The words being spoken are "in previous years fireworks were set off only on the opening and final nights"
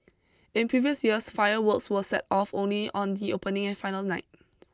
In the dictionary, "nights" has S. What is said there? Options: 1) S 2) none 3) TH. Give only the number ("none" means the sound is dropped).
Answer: 2